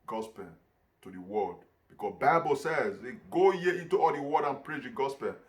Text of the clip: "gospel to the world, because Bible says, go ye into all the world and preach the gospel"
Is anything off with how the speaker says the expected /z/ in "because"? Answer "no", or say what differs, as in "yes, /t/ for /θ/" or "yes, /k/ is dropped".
yes, /z/ is dropped